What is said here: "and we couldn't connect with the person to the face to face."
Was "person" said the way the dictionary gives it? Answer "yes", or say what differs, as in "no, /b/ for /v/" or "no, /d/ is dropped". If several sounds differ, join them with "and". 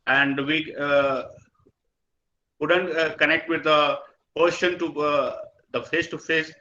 no, /ʃ/ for /s/